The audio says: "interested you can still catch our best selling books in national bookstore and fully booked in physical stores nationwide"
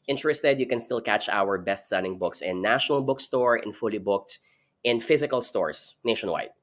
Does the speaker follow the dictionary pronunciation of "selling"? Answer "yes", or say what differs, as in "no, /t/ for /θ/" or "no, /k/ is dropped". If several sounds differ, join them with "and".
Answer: no, /n/ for /l/